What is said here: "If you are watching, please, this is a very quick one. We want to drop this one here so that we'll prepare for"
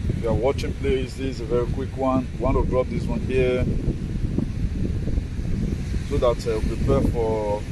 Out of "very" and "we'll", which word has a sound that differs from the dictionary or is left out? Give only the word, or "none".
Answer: we'll